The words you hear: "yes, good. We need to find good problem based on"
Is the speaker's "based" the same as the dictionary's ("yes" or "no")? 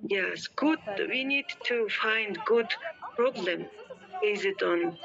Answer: no